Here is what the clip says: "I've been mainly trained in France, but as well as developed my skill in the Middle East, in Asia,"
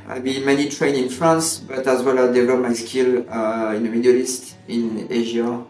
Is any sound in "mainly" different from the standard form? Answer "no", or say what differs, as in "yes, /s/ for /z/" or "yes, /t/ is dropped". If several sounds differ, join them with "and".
yes, /l/ is dropped